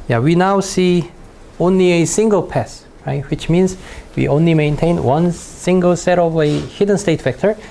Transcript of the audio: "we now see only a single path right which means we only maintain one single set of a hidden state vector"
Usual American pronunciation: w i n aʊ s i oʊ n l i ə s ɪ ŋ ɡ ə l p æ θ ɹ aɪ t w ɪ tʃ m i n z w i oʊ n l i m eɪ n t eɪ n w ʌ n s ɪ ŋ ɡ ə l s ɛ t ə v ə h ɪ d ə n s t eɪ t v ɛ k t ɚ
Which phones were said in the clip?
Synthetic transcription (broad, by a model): w i n aʊ s i oʊ n l i ə s ɪ ŋ ɡ ə l p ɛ s ɹ aɪ t w ɪ tʃ m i n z w i oʊ n l i m eɪ n t eɪ n w ʌ n s ɪ ŋ ɡ ə l s ɛ t ə v ə h ɪ d ə n s t eɪ t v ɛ k t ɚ